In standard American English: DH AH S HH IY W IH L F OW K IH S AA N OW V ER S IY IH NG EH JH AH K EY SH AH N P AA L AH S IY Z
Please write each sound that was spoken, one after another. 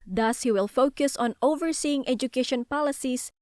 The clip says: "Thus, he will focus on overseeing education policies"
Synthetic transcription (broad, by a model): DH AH S HH IY W IH L F OW K IH S AA N OW V ER S IY IH NG EH JH AH K EY SH AH N P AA L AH S IY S